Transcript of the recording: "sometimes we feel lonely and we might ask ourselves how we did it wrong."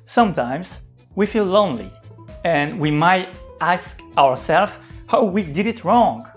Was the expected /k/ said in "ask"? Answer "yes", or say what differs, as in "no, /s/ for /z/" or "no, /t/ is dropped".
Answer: yes